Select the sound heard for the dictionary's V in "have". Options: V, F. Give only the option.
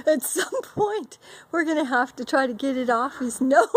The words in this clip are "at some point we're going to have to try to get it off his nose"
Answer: F